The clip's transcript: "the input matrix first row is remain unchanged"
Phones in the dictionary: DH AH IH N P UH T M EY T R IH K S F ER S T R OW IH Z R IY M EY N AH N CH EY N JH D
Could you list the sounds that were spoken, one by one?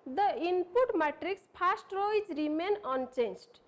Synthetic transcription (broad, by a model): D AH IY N P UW T M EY T R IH K S P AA S T R OW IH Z R IY M EY N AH N CH EY N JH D